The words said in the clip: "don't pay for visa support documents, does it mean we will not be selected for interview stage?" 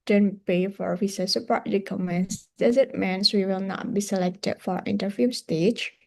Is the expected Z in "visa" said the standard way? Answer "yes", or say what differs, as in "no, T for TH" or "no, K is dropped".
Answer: no, S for Z